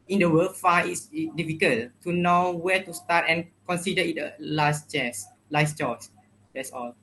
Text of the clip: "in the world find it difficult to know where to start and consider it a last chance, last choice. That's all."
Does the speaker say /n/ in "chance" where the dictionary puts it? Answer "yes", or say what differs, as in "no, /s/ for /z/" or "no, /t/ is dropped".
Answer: no, /n/ is dropped